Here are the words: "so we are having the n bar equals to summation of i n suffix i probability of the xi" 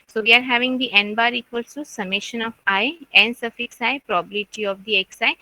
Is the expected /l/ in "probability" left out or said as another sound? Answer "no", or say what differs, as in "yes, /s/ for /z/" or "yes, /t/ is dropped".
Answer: yes, /l/ is dropped